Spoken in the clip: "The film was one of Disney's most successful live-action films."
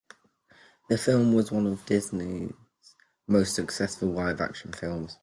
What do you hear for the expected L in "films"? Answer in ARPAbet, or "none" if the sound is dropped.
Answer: L